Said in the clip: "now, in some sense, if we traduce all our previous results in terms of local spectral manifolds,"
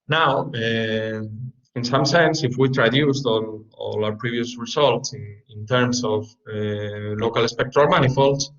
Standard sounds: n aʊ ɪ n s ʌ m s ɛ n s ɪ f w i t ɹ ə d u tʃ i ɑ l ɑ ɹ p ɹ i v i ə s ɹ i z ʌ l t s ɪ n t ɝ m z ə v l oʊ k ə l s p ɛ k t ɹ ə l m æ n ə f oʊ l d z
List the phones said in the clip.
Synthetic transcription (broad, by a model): n aʊ ɪ n s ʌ m s ɛ n s ɪ f w i t ɹ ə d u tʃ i ɑ l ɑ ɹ p ɹ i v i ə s ɹ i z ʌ l t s ɪ n t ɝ m s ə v l oʊ k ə l s p ɛ k t ɹ ə l m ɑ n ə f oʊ l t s